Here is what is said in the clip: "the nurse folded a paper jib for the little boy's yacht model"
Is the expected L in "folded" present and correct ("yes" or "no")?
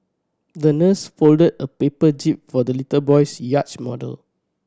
yes